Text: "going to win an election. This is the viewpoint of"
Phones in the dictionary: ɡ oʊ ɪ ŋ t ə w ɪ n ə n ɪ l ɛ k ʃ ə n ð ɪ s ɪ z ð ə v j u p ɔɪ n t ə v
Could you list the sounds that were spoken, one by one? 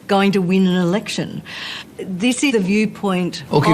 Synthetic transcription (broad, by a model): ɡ oʊ ɪ ŋ t ə w ɪ n ə n ɪ l ɛ k ʃ ə n ð ɪ s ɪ ð ə v j u p ɔɪ n t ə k